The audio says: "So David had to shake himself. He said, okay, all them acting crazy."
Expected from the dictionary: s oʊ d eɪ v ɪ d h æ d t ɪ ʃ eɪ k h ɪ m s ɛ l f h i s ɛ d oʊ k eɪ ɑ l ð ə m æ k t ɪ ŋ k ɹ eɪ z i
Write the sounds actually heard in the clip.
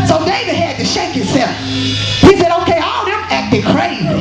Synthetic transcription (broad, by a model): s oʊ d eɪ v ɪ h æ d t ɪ ʃ eɪ k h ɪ s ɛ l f h i s ɛ d oʊ k eɪ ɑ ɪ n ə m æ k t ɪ k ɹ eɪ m